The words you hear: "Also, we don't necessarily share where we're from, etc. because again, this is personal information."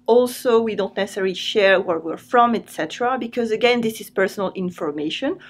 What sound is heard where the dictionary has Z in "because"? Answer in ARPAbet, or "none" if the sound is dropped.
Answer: Z